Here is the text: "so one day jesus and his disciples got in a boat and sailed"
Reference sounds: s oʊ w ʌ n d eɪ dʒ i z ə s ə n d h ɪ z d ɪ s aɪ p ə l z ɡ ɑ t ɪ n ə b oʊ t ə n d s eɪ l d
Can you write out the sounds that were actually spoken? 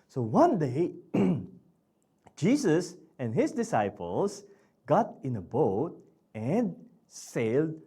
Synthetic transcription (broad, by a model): s oʊ w ʌ n d eɪ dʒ i s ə s ə n d h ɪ s d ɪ s aɪ p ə l s ɡ ɑ t ɪ n ə b oʊ t ə n d s eɪ l d